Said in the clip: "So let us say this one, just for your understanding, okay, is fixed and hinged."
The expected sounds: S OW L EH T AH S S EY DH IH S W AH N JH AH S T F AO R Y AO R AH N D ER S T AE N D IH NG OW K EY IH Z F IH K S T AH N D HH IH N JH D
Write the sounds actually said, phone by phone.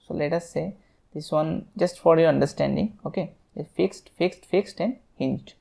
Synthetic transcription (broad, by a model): S OW L EH T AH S S EY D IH S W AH N JH AH S T F AO R Y AO R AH N D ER S T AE N D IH NG OW K EY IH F F IH K S T AH N D HH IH N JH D